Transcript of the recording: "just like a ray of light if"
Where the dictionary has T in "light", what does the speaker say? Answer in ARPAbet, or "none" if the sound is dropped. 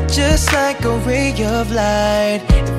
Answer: none